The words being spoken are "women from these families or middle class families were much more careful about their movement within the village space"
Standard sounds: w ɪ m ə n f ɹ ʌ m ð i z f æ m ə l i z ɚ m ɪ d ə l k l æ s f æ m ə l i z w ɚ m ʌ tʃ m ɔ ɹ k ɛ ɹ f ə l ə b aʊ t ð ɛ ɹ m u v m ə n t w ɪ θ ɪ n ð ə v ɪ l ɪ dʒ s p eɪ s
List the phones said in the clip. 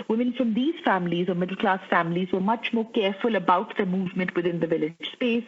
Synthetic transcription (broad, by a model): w ɪ m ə n f ɹ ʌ m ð i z f æ m ə l i z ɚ m ɪ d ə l k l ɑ s f æ m ə l i z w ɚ m ʌ tʃ m ɔ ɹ k ɛ ɹ f ə l ə b aʊ t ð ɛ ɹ m u v m ə n t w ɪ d ɪ n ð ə v ɪ l ɪ dʒ s p eɪ s